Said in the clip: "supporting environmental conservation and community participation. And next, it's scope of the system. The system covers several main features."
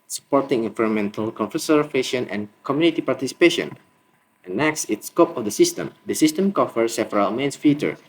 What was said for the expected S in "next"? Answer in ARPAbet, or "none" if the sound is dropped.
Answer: S